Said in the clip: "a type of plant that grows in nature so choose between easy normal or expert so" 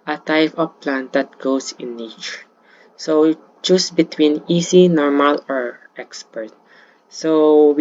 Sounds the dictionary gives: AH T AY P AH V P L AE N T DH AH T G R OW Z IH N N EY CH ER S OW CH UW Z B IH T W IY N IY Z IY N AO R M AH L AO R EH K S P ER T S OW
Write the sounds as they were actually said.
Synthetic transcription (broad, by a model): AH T AY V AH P L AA N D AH T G OW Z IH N N EY CH ER S OW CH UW S B IH T W IY N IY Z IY N AO R M AH L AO R EH K S P ER T S OW